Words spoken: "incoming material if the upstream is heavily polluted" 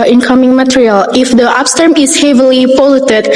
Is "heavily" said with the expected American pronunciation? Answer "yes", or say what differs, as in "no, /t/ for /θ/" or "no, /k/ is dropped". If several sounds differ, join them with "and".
yes